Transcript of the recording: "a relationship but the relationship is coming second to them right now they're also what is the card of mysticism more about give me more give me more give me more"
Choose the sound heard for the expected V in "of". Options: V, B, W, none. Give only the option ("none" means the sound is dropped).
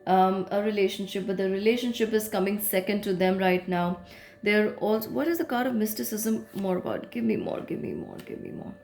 V